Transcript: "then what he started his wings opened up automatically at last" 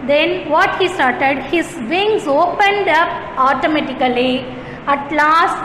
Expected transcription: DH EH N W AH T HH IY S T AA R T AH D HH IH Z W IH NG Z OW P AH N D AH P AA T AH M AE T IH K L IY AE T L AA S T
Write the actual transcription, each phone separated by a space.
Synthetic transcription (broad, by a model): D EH N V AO T HH IY S T AA R T AH D HH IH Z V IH NG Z OW P AH N D AH P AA T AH M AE T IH K L IY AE T L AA S T